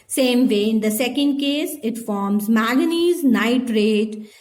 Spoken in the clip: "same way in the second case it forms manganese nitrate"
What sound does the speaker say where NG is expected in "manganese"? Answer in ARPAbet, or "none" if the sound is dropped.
none